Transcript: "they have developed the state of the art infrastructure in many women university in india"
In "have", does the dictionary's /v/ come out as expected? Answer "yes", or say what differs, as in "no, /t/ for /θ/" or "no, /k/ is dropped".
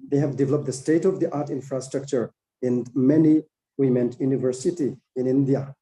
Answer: yes